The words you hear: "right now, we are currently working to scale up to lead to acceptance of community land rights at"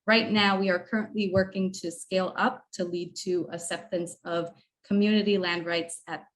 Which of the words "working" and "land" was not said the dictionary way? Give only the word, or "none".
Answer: none